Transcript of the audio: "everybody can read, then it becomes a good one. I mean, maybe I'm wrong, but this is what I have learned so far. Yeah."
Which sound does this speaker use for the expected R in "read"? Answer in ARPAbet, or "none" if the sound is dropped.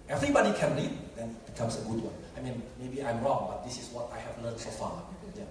L